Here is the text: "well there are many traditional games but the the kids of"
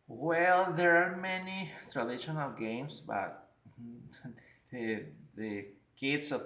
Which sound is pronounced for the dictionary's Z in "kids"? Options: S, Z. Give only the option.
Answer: S